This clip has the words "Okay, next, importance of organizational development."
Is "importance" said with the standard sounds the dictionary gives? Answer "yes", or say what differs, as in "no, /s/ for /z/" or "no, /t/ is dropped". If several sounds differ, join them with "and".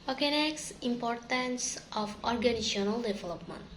yes